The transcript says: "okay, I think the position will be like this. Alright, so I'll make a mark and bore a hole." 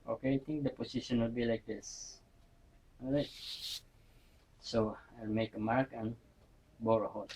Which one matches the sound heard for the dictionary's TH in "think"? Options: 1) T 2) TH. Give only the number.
1